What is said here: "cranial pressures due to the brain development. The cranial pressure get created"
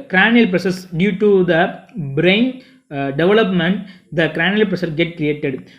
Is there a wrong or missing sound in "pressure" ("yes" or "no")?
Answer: yes